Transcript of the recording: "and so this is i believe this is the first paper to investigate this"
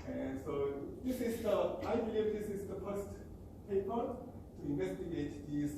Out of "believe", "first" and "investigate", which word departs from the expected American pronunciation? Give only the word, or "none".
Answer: first